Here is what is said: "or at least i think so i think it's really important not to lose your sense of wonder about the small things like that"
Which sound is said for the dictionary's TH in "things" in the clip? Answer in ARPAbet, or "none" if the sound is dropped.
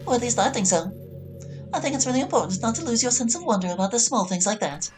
TH